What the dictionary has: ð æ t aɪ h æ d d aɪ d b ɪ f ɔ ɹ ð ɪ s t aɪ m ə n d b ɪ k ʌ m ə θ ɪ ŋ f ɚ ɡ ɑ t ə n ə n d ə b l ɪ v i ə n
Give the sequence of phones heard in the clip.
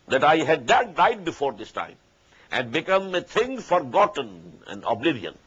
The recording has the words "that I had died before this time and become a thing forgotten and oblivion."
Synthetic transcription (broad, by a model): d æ t aɪ h æ d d aɪ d b ɪ f ɔ ɹ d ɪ s t aɪ m ə n d b ɪ k ʌ m ə t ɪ ŋ f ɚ ɡ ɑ t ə n ə n d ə b l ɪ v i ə n